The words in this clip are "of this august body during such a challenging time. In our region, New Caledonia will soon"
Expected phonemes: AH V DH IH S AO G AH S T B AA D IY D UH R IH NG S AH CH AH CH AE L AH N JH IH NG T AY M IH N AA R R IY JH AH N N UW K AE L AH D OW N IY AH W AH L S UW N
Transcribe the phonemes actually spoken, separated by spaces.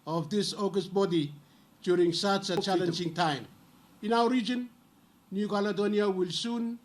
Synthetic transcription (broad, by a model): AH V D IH S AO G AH S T B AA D IY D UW R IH NG S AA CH AH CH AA L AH N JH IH NG T AY M IH N AA W R IY JH AH N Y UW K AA L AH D OW N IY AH W AH L S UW N